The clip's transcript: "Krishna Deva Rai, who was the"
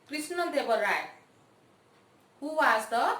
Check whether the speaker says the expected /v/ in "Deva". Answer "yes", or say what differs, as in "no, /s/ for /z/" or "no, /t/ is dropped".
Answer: no, /b/ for /v/